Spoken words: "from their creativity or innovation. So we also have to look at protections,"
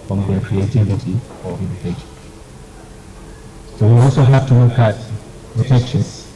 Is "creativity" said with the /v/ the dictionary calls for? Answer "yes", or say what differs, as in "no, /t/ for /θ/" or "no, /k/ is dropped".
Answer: yes